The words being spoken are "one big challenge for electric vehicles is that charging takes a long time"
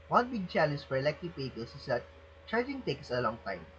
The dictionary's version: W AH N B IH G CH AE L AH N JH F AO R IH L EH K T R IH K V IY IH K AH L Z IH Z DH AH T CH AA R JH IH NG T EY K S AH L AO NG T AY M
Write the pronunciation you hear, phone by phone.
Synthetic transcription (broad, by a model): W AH N B IH G CH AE L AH N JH F AO R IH L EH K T IH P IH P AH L S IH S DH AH T CH AA R JH IH NG T EY K S AH L AO NG T AY M